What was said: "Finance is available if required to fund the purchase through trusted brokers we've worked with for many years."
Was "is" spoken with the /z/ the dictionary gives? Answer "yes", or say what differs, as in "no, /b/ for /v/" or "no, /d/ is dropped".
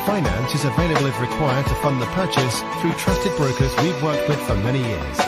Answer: yes